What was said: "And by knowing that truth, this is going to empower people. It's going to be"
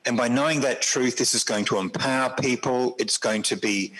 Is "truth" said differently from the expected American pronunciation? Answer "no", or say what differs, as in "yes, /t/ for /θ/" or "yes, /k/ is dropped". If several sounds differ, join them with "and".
no